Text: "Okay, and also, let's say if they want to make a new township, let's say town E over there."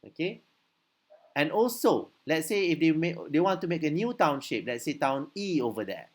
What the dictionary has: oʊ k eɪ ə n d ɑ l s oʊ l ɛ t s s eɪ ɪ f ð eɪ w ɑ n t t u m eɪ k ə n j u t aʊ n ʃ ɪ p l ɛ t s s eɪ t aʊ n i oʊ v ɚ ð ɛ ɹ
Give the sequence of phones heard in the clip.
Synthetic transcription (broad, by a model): oʊ k eɪ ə n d ɑ l s oʊ l ɛ t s s eɪ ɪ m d eɪ w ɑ n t t u m eɪ k ə n j u t aʊ n ʃ ɪ p l ɛ t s s eɪ t aʊ n i oʊ v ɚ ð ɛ